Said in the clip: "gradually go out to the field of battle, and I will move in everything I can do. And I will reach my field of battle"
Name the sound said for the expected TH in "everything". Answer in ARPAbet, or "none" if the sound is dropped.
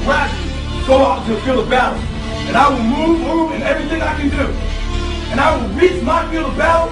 TH